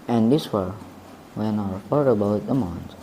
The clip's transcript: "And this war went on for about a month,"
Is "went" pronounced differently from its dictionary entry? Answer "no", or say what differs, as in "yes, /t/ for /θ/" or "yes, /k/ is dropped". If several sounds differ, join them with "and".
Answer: yes, /t/ is dropped